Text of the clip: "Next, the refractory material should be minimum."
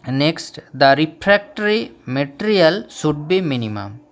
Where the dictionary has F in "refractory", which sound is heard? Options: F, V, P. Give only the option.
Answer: P